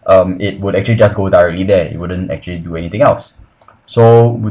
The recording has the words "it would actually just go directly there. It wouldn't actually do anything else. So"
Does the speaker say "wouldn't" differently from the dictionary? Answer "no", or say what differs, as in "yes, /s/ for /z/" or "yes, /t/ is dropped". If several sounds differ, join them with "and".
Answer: no